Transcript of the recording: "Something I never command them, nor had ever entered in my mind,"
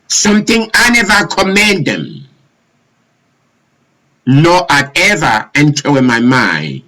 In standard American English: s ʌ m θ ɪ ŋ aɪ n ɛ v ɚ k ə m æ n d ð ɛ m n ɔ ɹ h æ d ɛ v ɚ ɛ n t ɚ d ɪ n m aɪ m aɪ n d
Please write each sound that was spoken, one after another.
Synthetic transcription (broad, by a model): s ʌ m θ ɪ ŋ aɪ n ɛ v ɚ k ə m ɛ n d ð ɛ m n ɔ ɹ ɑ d ɛ v ɚ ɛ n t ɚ ɪ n m aɪ m aɪ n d